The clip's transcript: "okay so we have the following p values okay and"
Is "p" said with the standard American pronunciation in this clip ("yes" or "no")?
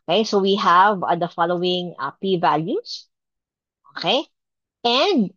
yes